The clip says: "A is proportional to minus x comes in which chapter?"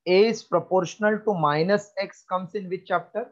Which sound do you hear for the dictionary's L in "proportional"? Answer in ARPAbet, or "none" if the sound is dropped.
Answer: L